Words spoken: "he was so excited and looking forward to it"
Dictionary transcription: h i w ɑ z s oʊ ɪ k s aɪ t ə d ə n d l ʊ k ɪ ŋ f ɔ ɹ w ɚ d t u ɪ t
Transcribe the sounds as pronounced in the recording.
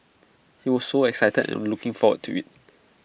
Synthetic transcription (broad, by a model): h i w ɑ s s oʊ ɪ k s aɪ t ə d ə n l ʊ k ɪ ŋ f ɔ w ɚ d t u ɪ t